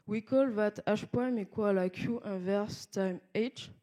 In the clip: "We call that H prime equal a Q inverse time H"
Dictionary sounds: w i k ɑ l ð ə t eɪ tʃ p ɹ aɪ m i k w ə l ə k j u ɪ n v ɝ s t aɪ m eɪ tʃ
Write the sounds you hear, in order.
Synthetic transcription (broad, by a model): w i k ɑ l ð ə t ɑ ʃ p aɪ m i k w ə l ə k j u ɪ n v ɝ s t aɪ m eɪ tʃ